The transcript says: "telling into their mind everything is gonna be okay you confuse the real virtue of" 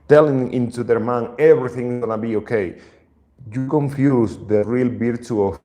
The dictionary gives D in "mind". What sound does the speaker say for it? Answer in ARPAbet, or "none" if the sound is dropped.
none